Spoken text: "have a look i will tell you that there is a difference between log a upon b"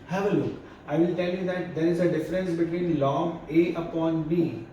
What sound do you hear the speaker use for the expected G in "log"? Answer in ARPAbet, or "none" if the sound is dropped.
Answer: none